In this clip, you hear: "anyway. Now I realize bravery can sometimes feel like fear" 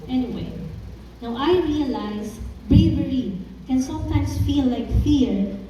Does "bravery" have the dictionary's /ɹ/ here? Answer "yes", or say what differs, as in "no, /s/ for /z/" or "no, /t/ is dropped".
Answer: yes